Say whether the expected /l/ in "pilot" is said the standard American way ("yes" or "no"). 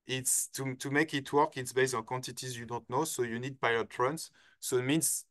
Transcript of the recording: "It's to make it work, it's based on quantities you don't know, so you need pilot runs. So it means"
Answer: no